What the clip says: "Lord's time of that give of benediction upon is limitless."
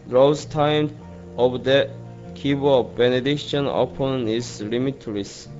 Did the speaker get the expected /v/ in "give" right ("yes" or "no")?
no